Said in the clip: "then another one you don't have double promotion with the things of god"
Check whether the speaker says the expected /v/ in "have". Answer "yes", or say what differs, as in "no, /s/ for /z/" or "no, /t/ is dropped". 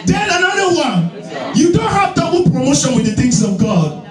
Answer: yes